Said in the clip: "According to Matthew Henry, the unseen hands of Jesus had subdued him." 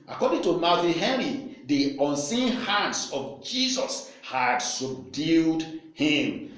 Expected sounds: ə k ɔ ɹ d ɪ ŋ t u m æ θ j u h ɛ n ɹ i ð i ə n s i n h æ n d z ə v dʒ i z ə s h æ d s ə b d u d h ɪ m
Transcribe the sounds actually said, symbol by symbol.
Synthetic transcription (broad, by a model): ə k ɔ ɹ d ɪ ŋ t u m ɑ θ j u h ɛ ɹ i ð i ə n s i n h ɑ n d s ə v dʒ i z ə s h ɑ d s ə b d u d h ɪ m